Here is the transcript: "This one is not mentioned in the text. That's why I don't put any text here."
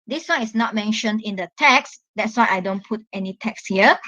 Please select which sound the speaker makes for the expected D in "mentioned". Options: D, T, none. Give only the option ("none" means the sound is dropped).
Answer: D